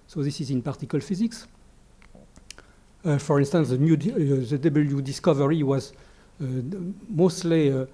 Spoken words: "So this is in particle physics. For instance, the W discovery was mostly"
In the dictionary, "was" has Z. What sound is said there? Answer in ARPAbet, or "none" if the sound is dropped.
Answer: Z